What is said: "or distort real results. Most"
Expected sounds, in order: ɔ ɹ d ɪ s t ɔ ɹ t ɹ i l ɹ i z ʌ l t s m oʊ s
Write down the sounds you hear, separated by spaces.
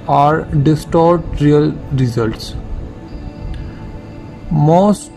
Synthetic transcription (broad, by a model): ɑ ɹ d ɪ s t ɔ ɹ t ɹ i l ɹ i z ʌ l t s m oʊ s